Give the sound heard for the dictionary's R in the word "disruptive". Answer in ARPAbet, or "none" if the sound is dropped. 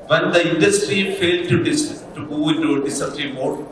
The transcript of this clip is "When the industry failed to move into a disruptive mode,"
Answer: none